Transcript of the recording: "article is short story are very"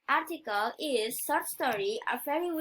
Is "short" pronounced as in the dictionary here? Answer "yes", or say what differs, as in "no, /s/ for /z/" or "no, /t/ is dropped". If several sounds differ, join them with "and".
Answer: no, /s/ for /ʃ/